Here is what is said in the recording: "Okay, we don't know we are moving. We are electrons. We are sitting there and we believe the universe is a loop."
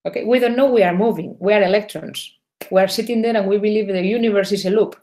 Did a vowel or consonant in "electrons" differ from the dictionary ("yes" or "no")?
yes